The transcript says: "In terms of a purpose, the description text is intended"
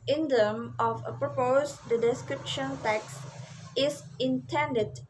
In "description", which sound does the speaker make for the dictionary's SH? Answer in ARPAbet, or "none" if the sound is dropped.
SH